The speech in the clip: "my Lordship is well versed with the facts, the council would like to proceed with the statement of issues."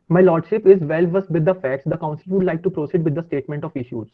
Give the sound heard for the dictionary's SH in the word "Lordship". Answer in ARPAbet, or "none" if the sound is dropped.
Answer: SH